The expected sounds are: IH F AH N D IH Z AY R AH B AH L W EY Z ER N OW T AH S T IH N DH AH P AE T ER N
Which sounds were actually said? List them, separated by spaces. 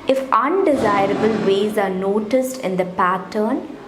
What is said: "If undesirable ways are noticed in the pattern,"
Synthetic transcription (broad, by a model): IH F AH N D IH Z AY R AH B AH L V EY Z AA N OW T AH S T IH N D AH P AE T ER N